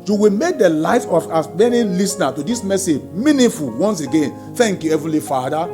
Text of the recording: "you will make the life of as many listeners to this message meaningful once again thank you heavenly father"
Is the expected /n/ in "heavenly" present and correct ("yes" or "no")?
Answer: no